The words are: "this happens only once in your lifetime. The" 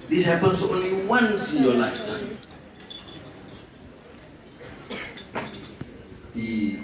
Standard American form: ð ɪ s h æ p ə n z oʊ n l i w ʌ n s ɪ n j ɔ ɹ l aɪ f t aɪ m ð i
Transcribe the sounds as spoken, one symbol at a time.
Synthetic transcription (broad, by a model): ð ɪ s h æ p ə n s oʊ n l i w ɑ n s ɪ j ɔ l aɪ t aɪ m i